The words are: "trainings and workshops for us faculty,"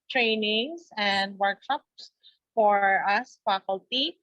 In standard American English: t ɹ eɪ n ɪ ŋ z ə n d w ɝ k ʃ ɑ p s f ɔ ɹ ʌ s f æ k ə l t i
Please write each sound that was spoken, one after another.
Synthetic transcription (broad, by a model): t ɹ eɪ n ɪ ŋ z ə n d w ɝ k ʃ ɑ p s f ɔ ɹ ʌ s f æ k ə l t i